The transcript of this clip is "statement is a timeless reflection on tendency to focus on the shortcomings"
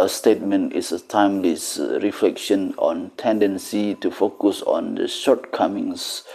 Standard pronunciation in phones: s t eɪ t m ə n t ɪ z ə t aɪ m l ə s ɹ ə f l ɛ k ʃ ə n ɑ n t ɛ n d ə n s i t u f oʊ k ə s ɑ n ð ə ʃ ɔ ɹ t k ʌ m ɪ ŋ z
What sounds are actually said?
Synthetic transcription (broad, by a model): s t eɪ t m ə n t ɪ s ə t aɪ m l ə s ɹ ə f l ɛ k ʃ ə n ɑ n t ɛ n d ə n s i t u f oʊ k ə s ɑ n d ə ʃ ɔ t k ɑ m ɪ ŋ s